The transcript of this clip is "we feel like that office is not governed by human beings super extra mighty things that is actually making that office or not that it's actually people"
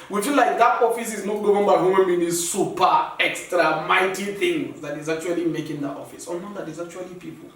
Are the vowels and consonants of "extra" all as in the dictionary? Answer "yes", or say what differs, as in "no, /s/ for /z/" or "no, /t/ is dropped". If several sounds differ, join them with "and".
yes